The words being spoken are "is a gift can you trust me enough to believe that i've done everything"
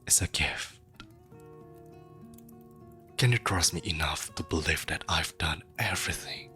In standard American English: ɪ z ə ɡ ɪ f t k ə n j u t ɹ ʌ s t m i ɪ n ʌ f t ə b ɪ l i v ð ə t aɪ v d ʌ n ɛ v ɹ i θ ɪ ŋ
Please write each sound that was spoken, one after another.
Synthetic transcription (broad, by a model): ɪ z ə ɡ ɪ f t k ə n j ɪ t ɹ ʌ s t m i ɪ n ʌ f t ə b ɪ l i f ð ə t aɪ v d ʌ n ɛ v ɹ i θ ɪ ŋ